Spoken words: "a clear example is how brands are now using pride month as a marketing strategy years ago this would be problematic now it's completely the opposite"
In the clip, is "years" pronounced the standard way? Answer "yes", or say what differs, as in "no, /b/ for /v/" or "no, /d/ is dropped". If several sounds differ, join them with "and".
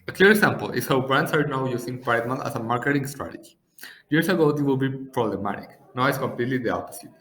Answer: no, /s/ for /z/